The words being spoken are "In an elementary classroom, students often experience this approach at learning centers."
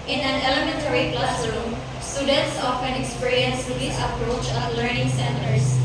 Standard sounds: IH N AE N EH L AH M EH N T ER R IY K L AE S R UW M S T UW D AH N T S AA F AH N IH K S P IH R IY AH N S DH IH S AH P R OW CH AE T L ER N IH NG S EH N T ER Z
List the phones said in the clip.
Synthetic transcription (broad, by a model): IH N AE N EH L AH M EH N T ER R IY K L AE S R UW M S T UW D AH N T S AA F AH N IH K S P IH R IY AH N S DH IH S AH P R OW CH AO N L ER N IH NG S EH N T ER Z